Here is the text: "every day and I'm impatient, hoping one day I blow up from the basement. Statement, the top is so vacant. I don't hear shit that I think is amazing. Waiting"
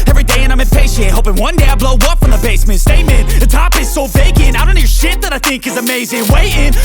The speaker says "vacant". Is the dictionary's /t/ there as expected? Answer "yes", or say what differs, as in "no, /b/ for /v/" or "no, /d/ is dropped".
no, /t/ is dropped